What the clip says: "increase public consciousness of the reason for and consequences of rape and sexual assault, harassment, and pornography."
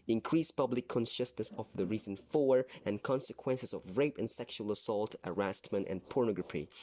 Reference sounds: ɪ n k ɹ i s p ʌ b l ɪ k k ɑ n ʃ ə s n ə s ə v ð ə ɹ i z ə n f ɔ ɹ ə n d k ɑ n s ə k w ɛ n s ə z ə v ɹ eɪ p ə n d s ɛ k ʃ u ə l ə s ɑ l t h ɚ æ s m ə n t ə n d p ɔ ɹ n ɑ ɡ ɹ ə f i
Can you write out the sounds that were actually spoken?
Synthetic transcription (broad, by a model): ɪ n k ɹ i s p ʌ b l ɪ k k ɑ n ʃ ə s n ə s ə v ð ə ɹ i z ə n f ɔ ɹ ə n k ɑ n s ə k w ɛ n s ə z ə v ɹ eɪ p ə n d s ɛ k ʃ u ə l ə s ɑ l t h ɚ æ s m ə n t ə n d p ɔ ɹ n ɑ ɡ ɹ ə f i